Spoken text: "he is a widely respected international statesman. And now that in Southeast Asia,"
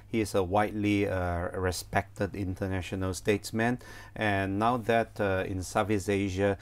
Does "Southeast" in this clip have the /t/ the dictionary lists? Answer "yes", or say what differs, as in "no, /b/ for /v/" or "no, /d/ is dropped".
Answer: no, /t/ is dropped